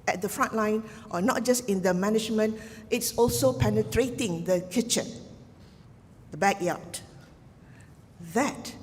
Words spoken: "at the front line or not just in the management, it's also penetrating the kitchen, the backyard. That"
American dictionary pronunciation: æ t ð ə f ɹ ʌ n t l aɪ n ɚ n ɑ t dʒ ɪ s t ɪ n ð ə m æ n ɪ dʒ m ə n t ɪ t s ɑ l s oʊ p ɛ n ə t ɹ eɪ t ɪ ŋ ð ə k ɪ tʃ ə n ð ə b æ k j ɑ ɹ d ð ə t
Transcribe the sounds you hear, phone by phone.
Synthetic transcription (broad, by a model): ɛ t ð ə f ɹ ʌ n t l aɪ n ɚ n ɑ t dʒ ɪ s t ɪ n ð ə m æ n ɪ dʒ m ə n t ɪ t s ɑ l s oʊ p ɛ n ə t ɹ eɪ t ɪ ŋ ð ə k ɪ tʃ ə n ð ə b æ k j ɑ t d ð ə t